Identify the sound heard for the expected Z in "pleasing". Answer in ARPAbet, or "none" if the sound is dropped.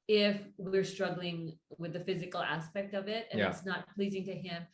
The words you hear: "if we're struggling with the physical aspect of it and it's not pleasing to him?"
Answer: Z